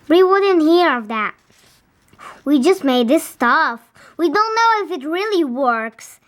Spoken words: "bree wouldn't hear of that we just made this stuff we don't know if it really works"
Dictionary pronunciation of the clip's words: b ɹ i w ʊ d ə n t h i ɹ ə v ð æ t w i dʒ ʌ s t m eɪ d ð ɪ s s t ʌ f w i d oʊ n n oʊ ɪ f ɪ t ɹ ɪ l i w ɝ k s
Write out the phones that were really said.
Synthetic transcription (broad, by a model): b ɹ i w ʊ d ə n t h i ɹ ə v ð æ t w i dʒ ʌ s t m eɪ d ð ɪ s s t ʌ f w i d oʊ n n oʊ ɪ f ɪ t ɹ ɪ l i w ɝ k s